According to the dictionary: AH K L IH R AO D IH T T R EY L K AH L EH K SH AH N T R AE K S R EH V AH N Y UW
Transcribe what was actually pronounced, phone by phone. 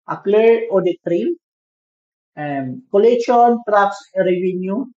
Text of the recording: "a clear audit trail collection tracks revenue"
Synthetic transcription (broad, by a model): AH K L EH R AO D IH T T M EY N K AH L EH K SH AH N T R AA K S R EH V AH N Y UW